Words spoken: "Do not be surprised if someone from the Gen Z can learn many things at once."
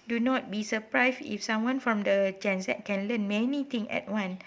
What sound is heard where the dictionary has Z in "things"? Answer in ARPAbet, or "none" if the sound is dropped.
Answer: none